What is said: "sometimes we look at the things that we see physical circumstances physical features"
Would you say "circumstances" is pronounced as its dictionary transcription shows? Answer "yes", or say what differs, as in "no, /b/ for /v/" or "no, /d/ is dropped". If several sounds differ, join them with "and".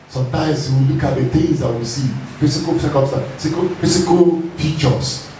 no, /m/ is dropped